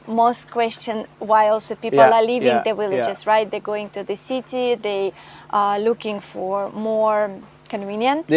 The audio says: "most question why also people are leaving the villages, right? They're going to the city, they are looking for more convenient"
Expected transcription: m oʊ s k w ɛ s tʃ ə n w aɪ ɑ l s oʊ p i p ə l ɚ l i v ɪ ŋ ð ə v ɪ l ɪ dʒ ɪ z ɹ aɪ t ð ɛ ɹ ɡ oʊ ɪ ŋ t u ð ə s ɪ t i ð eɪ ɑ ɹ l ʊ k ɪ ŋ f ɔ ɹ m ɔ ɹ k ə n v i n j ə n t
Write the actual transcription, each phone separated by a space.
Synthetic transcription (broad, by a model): m oʊ s k w ɛ s tʃ ə n w aɪ ɑ l s oʊ p i p ə l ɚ l i v ɪ ŋ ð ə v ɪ l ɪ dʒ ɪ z ɹ aɪ t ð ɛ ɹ ɡ oʊ ɪ ŋ t u ð ə s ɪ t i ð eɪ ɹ l ʊ k ɪ ŋ f ɔ ɹ m ɔ ɹ k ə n v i n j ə n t